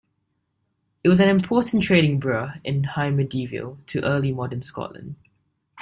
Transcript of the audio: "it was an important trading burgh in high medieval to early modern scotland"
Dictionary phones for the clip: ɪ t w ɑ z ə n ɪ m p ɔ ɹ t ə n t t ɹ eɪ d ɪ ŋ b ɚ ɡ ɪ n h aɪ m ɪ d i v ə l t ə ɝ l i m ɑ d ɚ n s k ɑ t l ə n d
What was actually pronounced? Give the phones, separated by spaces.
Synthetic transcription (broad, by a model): ɪ t w ɑ z ə n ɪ m p ɔ t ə n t t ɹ eɪ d ɪ ŋ b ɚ ɪ n h aɪ m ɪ d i v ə l t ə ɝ l i m ɑ d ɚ n s k ɑ t l ə n d